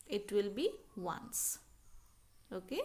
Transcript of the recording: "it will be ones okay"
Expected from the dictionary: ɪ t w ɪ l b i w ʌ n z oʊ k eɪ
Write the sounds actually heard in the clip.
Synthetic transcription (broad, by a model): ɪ t w ɪ l b i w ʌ n s oʊ k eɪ